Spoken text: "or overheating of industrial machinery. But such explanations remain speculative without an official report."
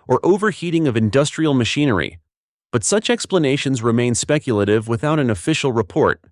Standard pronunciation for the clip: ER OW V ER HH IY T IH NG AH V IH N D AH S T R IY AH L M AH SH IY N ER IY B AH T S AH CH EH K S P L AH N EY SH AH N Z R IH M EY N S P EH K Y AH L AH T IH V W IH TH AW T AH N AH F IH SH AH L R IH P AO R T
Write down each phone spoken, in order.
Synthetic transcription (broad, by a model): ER OW V ER HH IY T IH NG AH V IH N D AH S T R IY L M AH SH IY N ER IY B AH T S AH CH EH K S P L AH N EY SH AH N Z R IH M EY N S P EH K Y L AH T IH V W IH TH AW T AH N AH F IH SH L R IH P AO R T